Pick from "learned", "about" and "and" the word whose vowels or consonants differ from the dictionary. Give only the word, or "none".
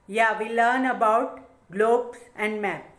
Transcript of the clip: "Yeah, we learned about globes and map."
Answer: learned